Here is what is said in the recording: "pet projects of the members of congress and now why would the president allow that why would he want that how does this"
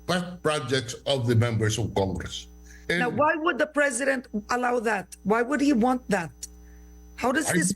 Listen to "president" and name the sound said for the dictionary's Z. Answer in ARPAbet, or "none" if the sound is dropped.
Z